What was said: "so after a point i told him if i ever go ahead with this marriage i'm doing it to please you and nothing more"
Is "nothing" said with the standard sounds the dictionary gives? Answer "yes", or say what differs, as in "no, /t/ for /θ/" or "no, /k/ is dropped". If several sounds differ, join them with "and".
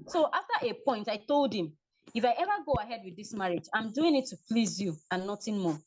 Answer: no, /t/ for /θ/